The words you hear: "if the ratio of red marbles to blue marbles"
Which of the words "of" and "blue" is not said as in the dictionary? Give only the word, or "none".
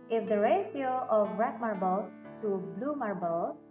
of